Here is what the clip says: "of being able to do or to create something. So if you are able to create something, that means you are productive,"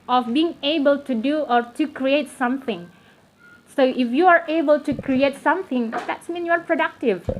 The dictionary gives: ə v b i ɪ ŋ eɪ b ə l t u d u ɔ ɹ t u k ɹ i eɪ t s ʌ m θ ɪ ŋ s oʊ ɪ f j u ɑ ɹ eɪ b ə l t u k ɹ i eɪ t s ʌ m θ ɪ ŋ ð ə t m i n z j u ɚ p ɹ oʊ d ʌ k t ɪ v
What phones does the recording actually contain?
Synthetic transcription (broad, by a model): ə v b i ɪ ŋ eɪ b ə l t u d u ɔ ɹ t u k ɹ i eɪ t s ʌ m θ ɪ ŋ s oʊ ɪ f j u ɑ ɹ eɪ b ə l t u k ɹ i eɪ t s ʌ m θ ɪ ŋ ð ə t m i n j u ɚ p ɹ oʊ d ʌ k t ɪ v